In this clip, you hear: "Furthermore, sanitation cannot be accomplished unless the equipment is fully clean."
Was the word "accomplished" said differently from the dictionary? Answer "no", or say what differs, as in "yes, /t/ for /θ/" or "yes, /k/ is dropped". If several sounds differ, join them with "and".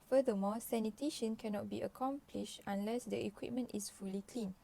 no